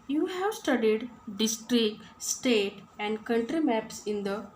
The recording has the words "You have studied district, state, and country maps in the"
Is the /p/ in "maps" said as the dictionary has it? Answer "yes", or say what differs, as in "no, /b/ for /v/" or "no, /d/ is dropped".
yes